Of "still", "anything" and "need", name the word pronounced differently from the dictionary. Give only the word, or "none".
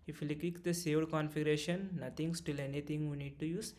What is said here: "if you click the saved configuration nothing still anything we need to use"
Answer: anything